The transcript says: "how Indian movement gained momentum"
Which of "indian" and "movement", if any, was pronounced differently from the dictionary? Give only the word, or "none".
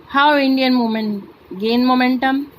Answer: movement